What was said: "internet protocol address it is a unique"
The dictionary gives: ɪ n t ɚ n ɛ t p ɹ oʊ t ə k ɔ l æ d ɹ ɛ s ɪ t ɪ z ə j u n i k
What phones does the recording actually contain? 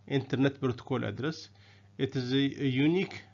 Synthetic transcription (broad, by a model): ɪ n t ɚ n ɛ t b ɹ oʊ t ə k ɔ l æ d ɹ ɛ s ɪ t ɪ z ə j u n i k